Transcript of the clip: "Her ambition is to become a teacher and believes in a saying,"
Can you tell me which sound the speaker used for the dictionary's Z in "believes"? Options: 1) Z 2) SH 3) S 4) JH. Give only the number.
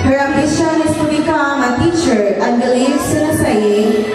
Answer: 3